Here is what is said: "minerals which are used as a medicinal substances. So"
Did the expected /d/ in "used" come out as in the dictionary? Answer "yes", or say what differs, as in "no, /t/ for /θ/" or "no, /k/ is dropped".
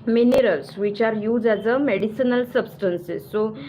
no, /d/ is dropped